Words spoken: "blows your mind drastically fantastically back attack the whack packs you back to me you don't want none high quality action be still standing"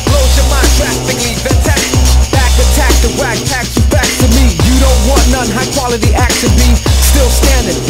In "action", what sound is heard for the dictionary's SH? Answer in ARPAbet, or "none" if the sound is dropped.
S